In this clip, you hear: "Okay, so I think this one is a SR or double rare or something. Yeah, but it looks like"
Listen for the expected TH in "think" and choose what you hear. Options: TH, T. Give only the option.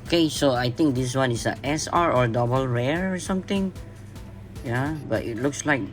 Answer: T